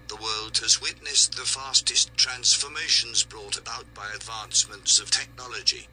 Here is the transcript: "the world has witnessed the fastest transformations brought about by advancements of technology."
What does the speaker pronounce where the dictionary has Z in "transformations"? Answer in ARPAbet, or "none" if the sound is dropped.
Z